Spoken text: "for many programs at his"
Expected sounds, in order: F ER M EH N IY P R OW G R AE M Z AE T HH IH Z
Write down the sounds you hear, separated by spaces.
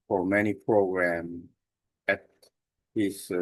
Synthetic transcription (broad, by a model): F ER M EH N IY P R OW G R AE M AE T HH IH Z